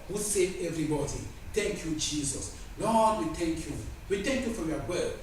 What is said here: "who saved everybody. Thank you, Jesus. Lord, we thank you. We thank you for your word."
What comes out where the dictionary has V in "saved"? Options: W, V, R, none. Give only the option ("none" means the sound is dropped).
none